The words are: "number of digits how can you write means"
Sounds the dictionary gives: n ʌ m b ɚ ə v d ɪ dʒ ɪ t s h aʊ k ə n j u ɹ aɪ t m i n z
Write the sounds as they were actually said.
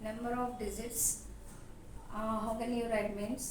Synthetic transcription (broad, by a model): n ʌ m b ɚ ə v d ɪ z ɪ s h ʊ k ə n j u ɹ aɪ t m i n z